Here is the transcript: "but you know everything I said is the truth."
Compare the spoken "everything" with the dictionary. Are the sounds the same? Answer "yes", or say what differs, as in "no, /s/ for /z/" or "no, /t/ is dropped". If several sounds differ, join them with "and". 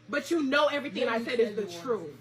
yes